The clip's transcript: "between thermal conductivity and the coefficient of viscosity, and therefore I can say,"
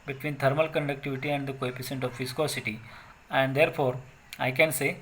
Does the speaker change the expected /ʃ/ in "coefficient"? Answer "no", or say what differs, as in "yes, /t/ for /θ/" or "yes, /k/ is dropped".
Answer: yes, /s/ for /ʃ/